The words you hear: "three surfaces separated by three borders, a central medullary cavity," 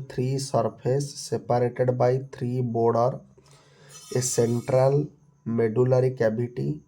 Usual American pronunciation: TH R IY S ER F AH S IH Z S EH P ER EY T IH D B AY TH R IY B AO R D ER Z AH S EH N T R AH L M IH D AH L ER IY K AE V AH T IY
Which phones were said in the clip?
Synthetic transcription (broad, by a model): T R IY S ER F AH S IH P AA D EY T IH D B AY T R IY B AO R D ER AH S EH N T R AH L M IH D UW L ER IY K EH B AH T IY